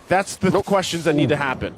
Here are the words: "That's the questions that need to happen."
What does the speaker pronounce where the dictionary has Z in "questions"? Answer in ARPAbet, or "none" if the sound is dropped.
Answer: Z